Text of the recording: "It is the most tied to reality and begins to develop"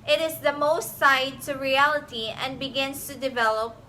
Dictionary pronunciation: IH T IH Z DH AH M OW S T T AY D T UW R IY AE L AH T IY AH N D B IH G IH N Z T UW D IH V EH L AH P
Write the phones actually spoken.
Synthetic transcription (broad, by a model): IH T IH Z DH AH M OW S T S AY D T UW R IY AE L AH T IY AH N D B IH G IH N S T UW D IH V EH L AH P